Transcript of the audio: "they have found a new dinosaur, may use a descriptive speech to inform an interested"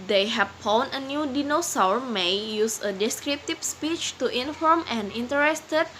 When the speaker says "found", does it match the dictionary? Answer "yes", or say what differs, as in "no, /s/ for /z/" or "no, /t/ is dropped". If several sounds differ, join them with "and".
no, /d/ is dropped